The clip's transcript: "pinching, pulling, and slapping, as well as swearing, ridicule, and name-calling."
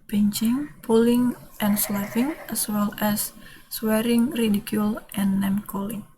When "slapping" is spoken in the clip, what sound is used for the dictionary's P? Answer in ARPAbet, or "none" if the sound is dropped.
F